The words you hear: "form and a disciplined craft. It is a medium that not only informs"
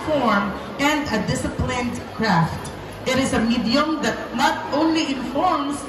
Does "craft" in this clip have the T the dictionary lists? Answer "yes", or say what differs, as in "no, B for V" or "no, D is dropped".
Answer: yes